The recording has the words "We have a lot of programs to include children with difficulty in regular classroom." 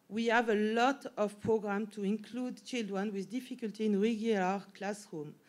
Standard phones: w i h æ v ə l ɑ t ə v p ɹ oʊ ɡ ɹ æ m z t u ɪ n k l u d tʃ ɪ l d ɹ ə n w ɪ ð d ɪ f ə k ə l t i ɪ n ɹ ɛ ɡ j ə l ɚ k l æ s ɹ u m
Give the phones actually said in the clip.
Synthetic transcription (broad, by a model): w i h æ v ə l ɑ t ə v p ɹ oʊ ɡ ɹ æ m t u ɪ n k l u d tʃ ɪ l d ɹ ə n w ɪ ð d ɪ f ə k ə l t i ɪ n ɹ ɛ ɡ j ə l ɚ k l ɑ s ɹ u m